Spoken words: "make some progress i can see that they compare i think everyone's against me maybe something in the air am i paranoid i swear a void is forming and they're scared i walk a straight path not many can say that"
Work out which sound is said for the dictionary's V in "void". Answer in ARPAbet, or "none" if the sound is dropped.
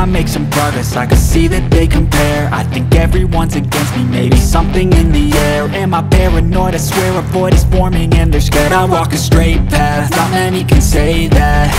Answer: P